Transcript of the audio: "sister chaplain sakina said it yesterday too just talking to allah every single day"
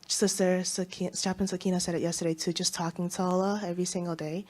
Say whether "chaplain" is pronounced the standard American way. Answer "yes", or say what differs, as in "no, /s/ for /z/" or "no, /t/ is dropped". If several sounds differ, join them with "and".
no, /l/ is dropped